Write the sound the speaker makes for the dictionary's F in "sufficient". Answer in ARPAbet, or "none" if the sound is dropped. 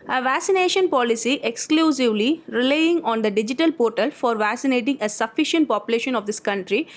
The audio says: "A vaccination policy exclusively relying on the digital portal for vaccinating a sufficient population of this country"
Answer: F